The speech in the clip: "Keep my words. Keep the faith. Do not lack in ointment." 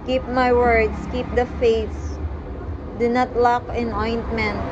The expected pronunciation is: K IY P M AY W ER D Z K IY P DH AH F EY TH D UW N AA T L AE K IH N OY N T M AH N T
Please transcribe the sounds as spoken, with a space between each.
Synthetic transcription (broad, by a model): K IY P M AY W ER D S K IY P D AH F EY S D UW N AA T L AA K IH N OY N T M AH N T